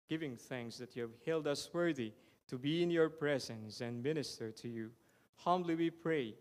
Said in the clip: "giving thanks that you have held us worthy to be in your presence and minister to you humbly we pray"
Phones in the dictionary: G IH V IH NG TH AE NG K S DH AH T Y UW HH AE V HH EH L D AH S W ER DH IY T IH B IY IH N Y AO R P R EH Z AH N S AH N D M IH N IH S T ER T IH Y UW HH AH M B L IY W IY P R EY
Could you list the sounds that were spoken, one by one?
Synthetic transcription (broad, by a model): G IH V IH NG TH AE NG K S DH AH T Y UW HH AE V HH EH L D AH S W ER DH IY T IH B IY IH N Y AO R P R EH Z AH N S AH N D M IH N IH S T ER T IH Y UW HH AH M B L IY W IY P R EY